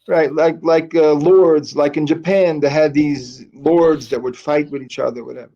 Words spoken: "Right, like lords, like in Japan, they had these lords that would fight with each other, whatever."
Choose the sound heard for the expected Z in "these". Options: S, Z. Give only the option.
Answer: Z